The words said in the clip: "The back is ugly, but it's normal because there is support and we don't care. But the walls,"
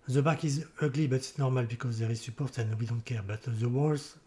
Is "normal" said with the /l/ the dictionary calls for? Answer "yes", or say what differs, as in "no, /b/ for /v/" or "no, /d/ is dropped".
yes